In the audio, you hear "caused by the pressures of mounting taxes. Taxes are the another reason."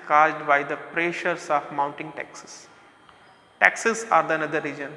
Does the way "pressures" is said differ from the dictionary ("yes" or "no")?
yes